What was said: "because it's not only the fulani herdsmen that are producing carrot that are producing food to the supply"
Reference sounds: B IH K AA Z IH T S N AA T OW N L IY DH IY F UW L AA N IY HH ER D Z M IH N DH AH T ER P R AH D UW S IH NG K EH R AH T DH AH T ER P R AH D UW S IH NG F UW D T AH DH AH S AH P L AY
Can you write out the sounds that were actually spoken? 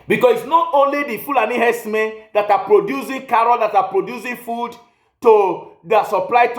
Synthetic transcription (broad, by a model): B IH K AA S IH T S N AA T OW N L IY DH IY F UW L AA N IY HH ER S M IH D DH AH T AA P R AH D UW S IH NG K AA R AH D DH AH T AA P R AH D UW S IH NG F UW D T AH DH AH S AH P L AY